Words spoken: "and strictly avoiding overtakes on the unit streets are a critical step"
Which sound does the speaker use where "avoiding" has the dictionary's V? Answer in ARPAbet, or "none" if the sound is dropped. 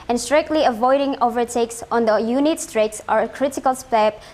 V